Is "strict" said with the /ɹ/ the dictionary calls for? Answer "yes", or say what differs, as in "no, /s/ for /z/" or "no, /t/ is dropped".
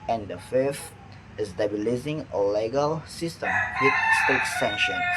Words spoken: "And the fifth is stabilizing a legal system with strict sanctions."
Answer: no, /ɹ/ is dropped